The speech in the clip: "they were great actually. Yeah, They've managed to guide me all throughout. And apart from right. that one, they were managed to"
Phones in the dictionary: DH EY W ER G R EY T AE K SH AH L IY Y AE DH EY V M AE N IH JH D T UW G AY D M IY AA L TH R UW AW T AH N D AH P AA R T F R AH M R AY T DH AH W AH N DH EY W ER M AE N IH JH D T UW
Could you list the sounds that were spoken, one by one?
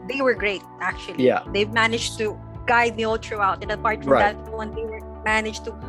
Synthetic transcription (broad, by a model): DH EY W ER G R EY T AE K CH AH L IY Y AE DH EY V M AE N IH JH T UW G AY D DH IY AA L T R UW AW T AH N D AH P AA R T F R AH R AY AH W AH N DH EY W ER M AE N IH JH T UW